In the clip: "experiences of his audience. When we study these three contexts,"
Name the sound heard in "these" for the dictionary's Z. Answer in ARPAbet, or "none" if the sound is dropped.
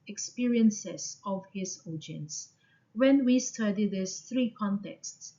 S